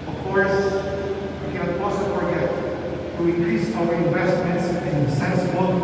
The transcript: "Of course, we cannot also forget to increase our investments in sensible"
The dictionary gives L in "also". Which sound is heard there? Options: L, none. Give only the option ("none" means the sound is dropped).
none